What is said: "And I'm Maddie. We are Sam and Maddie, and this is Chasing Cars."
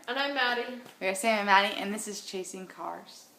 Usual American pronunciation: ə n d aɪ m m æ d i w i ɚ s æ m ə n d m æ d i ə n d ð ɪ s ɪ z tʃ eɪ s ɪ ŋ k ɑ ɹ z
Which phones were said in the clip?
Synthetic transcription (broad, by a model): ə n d aɪ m m æ d i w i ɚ s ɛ ə m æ d i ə n ð ɪ s ɪ z tʃ eɪ s ɪ ŋ k ɑ ɹ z